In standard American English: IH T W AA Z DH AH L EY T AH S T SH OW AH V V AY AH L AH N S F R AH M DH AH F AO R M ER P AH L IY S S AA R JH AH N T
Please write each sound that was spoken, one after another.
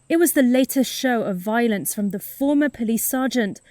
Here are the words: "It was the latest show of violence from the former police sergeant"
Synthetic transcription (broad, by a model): IH T W AA Z DH AH L EY T AH S T SH OW AH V V AY AH L AH N S F R AH M DH AH F AO M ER P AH L IY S S AA JH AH N T